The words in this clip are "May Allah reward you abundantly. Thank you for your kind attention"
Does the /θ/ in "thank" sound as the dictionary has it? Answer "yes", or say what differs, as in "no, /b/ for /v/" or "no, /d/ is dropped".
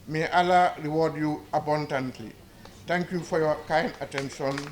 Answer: no, /t/ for /θ/